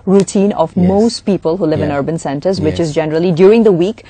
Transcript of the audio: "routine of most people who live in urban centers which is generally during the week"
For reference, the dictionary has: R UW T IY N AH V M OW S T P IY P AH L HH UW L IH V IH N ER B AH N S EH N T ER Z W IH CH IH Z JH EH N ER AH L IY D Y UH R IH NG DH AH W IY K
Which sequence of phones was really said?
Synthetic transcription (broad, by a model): R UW T IY N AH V M OW S T P IY P AH L HH UW L IH V IH N ER B AH N S EH N T ER Z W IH CH IH Z JH EH N ER AH L IY D Y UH R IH NG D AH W IY K